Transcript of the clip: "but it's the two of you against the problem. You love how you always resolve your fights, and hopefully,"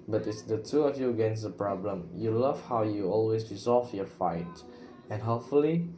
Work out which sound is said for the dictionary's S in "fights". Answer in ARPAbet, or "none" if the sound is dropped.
none